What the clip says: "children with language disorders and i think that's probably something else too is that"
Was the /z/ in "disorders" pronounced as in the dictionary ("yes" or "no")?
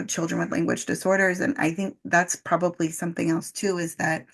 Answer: yes